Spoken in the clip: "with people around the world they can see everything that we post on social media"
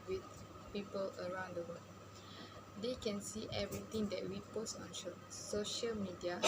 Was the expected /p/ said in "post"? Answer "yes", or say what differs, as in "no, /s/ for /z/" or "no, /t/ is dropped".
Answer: yes